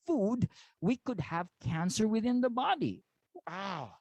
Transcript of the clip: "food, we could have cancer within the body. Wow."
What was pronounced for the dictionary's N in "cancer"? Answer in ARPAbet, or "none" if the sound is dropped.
N